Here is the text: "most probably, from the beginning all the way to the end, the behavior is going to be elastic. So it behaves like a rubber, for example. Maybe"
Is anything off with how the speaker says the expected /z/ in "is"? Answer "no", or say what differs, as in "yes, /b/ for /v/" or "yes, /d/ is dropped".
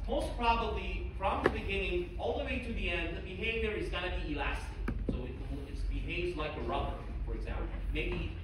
no